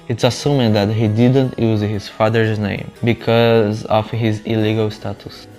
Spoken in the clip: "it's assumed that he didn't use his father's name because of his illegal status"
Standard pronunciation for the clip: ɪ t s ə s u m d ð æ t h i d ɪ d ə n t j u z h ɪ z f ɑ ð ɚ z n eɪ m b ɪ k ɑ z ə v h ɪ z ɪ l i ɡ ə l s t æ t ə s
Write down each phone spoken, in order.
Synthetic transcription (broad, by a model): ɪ t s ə s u m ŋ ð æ t h i d ɪ d ə n t j u z h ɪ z f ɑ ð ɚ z n eɪ m b ɪ k ɑ z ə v h ɪ z ɪ l i ɡ ə l s t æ t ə s